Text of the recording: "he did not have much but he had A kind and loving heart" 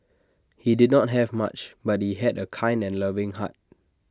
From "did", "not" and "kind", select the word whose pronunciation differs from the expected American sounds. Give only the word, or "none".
none